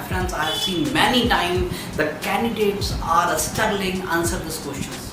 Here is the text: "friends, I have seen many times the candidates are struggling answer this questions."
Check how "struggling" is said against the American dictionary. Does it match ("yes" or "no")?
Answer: no